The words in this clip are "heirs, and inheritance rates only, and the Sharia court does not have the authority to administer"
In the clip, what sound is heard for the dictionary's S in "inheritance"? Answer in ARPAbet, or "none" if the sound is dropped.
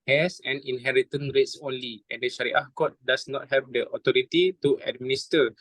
none